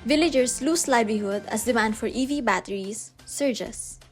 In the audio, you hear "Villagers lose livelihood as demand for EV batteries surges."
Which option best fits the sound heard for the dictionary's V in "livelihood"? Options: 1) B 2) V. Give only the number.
1